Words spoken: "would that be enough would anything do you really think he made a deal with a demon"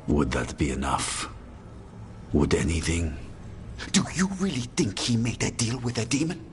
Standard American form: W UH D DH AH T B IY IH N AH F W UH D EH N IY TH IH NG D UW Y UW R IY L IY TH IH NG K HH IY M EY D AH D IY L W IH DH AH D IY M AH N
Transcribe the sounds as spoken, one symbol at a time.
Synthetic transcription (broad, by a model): W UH D DH AH T B IY IH N AH F W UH D EH N IY TH IH NG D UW Y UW R IY L IY TH IH NG K HH IY M EY D AH D IY L W IH DH AH D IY M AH N